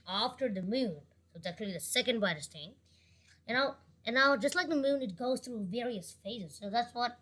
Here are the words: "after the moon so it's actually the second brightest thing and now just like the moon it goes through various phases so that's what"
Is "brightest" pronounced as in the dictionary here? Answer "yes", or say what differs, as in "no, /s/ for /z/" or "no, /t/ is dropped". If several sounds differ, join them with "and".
no, /ɹ/ is dropped